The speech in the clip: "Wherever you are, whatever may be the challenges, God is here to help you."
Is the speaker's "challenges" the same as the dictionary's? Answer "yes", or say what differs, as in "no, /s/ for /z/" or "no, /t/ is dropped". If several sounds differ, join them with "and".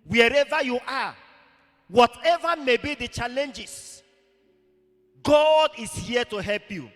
no, /s/ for /z/